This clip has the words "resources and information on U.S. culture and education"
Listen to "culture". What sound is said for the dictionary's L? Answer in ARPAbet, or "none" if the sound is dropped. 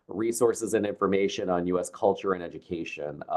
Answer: L